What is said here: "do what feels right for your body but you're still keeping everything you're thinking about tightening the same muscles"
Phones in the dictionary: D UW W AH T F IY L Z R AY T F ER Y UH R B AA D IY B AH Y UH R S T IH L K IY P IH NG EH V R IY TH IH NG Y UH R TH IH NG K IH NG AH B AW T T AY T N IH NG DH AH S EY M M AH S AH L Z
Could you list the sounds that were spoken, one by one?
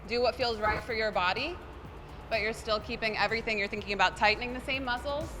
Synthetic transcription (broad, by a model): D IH W AH T F IY L Z R AY T F ER Y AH R B AA D IY B AH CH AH R S T IH L K IY P IH NG EH V R IY TH IH NG Y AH R TH IH NG K IH NG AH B AW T T AY T N IH NG DH AH S EY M M AH S L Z